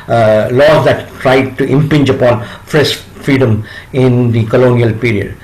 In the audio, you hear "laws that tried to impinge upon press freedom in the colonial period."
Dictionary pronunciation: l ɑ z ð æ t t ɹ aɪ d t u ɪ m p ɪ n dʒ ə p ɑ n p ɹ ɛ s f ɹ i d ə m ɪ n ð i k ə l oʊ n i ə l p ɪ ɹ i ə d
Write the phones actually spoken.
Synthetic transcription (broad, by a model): l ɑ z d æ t t ɹ aɪ d t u ɪ m p ɪ n dʒ ə p ɑ n f ɹ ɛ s f ɹ i d ə m ɪ n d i k ə l oʊ n i ə l p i ɹ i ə d